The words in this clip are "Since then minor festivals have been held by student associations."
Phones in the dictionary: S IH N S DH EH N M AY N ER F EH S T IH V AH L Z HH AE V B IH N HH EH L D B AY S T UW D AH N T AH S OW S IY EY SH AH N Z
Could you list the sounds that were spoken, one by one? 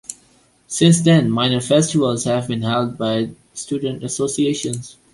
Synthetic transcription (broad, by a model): S IH N S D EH N M AY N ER F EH S T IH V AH L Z HH AE V B IH N HH EH L D B AY S T UW D AH N T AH S OW S IY EY SH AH N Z